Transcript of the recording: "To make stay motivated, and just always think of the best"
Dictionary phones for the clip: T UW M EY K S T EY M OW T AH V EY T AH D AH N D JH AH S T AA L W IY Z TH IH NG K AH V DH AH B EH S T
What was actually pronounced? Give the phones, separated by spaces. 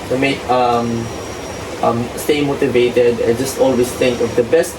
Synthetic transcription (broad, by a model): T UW M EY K S T EY M OW T AH V EY T AH D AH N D JH AH S T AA L W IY S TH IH NG K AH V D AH B EH S T